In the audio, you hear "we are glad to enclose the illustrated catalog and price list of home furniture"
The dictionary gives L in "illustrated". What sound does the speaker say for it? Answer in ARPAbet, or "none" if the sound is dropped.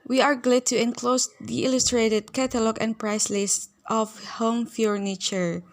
L